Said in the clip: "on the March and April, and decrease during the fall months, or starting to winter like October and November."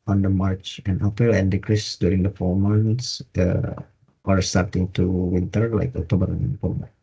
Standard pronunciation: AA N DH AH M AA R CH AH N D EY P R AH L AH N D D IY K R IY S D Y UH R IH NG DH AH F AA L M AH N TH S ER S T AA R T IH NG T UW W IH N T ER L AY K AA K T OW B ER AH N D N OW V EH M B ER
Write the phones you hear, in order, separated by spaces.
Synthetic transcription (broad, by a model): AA N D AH M AA R CH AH N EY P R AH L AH N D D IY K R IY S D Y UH R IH NG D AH F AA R M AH N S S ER S T AA R T IH NG T UW W IH N T ER L AY K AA K T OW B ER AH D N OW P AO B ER